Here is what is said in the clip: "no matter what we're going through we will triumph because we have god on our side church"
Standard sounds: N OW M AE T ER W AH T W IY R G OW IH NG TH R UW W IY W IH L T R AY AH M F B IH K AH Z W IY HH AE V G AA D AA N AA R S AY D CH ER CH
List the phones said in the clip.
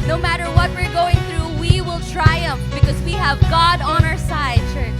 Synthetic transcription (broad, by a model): N OW M AE T ER W AH T W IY R G OW IH NG TH R UW W IY W IH L T R AY AH M F B IH K AH Z W IY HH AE V G AA D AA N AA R S AY D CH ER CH